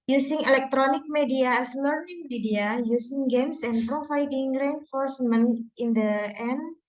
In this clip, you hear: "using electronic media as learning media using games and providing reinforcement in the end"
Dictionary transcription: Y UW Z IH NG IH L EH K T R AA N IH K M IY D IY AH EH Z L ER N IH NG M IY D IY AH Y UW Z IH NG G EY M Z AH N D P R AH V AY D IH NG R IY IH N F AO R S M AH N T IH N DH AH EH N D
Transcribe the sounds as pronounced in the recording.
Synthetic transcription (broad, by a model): Y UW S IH NG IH L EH K T R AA N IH K M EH D IY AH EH S L ER N IH NG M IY D IY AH Y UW S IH NG G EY M S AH N P R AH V AY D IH NG R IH N F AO R S M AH N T IH N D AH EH N